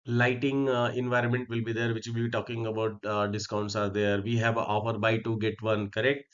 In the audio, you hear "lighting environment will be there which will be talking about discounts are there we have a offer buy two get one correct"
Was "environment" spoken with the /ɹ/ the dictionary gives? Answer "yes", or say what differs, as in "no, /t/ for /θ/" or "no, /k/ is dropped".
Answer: yes